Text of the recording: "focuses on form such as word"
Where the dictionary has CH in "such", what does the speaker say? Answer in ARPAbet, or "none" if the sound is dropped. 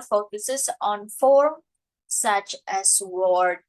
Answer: CH